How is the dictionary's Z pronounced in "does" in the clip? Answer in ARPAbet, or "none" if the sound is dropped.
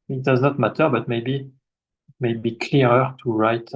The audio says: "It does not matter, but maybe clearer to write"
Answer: Z